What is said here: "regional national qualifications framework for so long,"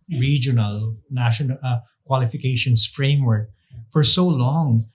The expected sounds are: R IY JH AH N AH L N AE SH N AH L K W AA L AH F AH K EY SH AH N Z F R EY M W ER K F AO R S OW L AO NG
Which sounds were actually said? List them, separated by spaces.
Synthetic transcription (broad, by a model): R IY JH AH N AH L N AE SH AH N K W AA L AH F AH K EY SH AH N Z F R EY M W ER K F AO R S OW L AO NG